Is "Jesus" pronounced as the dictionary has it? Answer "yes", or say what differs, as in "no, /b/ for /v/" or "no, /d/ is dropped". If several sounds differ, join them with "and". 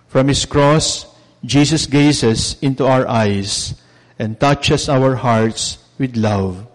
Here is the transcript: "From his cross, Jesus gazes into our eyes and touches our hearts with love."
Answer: no, /s/ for /z/